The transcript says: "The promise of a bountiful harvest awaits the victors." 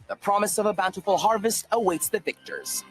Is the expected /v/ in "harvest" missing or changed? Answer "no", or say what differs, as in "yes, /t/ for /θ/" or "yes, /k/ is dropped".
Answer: no